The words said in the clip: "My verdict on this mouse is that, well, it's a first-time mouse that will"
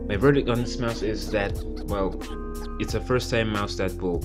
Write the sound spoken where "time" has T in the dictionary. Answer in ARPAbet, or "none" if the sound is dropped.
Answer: S